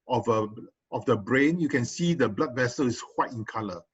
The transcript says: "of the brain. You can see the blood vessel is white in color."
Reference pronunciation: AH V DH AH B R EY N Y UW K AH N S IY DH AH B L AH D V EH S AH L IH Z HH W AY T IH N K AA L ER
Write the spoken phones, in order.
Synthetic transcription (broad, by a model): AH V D AH B R EY N Y UW K AH N S IY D AH B L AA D V EH S AH L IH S HH W AY T IH N K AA L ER